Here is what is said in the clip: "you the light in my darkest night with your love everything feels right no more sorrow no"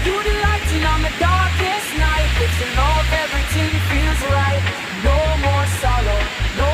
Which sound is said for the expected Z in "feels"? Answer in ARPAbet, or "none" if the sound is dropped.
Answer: Z